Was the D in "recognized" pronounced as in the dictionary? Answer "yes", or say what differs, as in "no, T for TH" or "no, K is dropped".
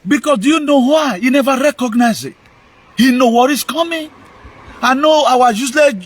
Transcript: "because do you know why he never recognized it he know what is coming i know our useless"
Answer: no, D is dropped